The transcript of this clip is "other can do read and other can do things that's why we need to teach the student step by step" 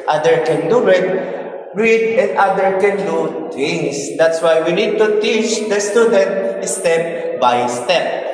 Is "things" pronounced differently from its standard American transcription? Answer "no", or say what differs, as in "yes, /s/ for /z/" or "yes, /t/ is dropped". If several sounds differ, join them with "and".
yes, /t/ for /θ/